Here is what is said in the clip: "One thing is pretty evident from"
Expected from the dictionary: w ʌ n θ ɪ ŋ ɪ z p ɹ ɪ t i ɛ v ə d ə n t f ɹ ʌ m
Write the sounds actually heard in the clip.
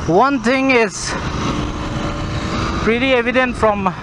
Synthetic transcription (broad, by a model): w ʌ n t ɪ ŋ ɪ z p ɹ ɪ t i ɛ v ə d ə n t f ɹ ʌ m